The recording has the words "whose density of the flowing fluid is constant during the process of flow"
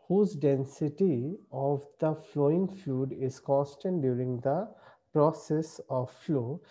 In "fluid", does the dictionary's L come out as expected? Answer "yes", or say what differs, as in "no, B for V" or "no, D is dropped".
no, L is dropped